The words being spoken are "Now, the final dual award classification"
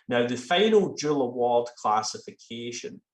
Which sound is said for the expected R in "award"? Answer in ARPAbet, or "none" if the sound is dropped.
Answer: L